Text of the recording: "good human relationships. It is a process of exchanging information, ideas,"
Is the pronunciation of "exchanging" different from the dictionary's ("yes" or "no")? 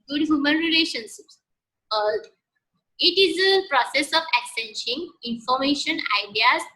yes